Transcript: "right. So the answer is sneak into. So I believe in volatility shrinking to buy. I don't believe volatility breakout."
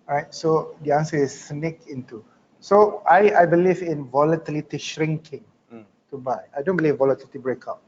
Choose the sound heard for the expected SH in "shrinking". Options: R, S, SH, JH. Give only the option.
SH